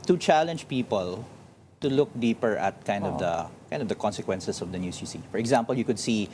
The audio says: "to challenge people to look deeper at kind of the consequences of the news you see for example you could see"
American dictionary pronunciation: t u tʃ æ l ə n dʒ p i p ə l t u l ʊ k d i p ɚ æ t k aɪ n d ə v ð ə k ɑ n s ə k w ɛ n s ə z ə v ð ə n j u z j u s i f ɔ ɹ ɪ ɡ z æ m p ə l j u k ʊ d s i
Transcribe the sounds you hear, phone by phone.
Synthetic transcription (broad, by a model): t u tʃ æ l ə n dʒ p i p ə l t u l ʊ k d i p ɚ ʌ t k aɪ n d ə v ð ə k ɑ n s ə k w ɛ n s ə s ə v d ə n j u s j u s i f ɔ ɹ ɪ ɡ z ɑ m p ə l j u k ʊ d s i